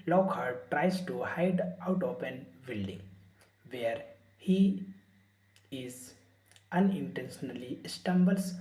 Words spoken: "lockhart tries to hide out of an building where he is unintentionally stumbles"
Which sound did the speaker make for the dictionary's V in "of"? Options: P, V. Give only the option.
P